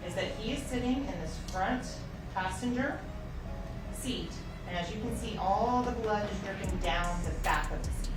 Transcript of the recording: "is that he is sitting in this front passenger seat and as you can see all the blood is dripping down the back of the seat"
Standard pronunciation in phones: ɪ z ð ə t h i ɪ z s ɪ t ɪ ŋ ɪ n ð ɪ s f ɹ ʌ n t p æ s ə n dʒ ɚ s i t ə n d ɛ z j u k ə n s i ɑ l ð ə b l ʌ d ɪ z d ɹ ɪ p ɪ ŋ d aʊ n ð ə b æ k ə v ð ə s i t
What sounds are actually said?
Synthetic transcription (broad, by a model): ɪ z ð ə t h i ɪ z s ɪ t ɪ ŋ ɪ n ð ɪ s f ɹ ʌ n t p æ s ə n dʒ ɚ s i t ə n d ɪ z j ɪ k ə n s i ɑ l ð ə b l ʌ d ɪ z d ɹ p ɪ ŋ d aʊ n ð ə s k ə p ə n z